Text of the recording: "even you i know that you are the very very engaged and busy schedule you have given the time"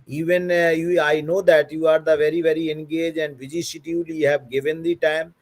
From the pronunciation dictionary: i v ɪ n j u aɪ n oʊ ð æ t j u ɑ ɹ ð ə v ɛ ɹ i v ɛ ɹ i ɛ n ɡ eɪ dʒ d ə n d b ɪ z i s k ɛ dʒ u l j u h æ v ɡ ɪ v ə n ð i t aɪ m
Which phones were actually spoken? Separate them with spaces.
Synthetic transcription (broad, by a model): i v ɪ n j u aɪ n oʊ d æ t j u ɑ ɹ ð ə v ɛ ɹ i v ɛ ɹ i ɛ n ɡ eɪ dʒ ə n d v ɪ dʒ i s ɪ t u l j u h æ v ɡ ɪ v ə n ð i t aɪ m